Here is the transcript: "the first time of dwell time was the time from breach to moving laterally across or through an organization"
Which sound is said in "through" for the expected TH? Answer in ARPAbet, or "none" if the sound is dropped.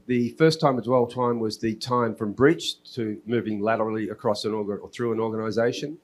TH